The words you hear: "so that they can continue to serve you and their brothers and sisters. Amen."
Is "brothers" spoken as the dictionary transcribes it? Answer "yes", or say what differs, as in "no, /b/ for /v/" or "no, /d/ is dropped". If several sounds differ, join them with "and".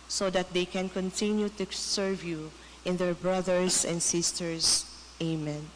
no, /s/ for /z/